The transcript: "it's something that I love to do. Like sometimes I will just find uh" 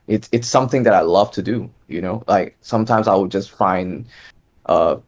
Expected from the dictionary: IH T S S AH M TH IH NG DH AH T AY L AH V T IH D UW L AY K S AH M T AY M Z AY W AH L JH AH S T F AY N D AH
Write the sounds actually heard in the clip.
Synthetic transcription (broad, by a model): IH T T S AH M TH IH NG DH AH T AY L AH V T IH D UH L AY K S AH M T AY M Z AY W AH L JH AH S T F AY N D AH